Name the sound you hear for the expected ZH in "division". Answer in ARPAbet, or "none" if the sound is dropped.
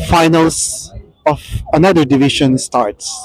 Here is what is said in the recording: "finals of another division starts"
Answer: SH